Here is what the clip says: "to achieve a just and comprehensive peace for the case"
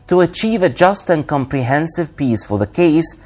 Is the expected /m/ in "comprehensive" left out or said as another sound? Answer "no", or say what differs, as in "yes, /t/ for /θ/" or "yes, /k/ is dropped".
no